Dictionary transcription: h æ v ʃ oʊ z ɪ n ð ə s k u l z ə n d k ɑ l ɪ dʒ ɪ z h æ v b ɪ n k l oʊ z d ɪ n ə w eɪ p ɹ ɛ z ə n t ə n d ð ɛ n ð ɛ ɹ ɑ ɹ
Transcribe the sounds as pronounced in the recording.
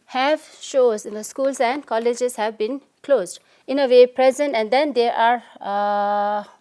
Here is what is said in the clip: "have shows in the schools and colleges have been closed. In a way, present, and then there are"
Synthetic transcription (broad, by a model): h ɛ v ʃ oʊ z ɪ n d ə s k u l s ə n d k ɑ l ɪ dʒ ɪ s h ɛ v b ɪ n k l oʊ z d ɪ n ə w eɪ p ɹ ɛ z ə n t ə n d ɛ n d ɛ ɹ ɑ ɹ